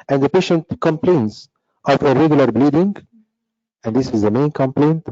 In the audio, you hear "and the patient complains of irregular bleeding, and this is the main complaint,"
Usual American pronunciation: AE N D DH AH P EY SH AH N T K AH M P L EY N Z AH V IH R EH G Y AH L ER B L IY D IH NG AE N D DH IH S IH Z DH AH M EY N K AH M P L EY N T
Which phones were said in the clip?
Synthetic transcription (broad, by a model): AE N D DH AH P EY SH AH N T K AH M P L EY N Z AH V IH R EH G Y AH L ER B L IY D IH NG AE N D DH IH S IH Z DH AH M EY N K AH M P L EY N T